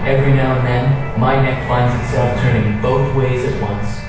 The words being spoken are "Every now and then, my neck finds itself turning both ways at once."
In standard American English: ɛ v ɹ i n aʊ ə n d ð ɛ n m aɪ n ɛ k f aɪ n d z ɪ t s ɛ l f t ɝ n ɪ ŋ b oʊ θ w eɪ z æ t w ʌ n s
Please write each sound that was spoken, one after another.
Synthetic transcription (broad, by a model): ɛ v ɹ i n aʊ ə n ð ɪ n m aɪ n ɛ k f aɪ n d z ɪ t s ɛ l f t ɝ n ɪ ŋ b oʊ θ w eɪ z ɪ t w ʌ n s